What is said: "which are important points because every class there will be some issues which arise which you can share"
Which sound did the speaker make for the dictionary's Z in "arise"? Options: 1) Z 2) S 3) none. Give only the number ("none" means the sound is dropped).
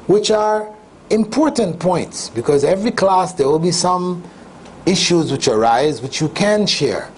1